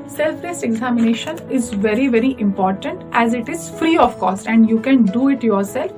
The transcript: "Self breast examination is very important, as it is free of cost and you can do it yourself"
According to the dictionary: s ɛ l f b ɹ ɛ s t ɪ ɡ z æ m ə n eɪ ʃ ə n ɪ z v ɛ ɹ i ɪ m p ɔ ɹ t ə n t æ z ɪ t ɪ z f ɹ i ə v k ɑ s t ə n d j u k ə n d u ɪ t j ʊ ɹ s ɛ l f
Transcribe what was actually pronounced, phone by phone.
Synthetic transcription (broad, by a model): s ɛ l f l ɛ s ɪ ɡ z æ m ə n eɪ ʃ ə n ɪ z v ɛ ɹ i ɪ m p ɔ ɹ t ə n t æ z ɪ t ɪ z f ɹ i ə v k ɑ s t ə n d j u k ə n d u ɪ t j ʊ ɹ s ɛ l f